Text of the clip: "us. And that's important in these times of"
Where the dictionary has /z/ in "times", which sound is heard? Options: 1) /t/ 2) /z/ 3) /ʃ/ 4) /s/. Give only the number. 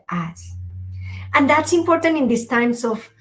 4